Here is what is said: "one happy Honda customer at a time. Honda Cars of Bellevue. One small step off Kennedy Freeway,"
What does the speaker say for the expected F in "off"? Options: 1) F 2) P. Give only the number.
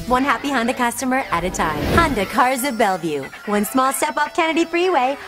2